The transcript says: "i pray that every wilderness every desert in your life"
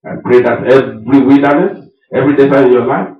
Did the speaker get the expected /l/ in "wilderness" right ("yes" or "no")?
no